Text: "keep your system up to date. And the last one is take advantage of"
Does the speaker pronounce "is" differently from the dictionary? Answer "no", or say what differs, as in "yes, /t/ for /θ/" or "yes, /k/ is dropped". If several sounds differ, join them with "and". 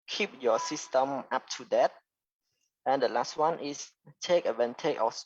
yes, /s/ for /z/